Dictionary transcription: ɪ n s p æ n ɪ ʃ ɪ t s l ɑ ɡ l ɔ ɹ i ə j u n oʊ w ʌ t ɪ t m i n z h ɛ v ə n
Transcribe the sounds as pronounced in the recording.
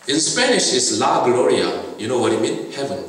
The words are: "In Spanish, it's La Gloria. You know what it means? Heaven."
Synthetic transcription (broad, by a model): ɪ n s p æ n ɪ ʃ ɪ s l ɑ ɡ l ɔ ɹ i ə j u n oʊ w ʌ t ɪ t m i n h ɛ v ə n